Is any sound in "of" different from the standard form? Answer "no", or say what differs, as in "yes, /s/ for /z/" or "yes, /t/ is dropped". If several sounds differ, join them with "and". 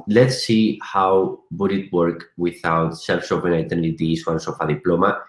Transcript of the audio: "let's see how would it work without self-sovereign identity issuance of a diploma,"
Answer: yes, /f/ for /v/